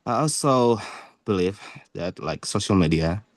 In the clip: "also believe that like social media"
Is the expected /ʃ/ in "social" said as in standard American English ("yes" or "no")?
yes